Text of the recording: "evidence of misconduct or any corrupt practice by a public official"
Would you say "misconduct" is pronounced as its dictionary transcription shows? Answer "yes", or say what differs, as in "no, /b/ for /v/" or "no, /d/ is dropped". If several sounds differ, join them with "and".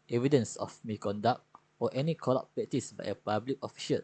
no, /s/ is dropped